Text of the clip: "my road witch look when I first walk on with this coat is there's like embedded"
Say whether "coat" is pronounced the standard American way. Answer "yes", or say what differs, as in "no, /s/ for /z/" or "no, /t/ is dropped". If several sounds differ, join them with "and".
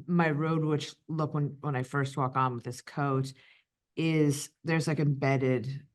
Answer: yes